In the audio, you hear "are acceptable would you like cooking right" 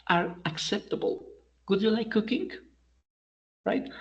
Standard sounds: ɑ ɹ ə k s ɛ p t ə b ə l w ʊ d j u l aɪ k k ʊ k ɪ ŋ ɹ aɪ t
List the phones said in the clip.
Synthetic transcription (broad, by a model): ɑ ɹ ə k s ɛ p t ə b ə l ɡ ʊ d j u l aɪ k k ʊ k ɪ ŋ ɹ aɪ t